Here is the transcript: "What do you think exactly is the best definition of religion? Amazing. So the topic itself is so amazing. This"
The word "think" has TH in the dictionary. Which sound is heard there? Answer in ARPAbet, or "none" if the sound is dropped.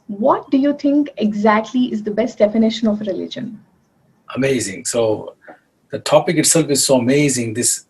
T